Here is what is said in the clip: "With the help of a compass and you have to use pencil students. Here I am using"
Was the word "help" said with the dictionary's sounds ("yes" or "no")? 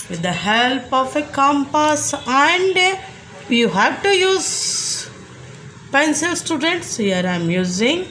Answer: yes